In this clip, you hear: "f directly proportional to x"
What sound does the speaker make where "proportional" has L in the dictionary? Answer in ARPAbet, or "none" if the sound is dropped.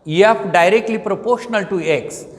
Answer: L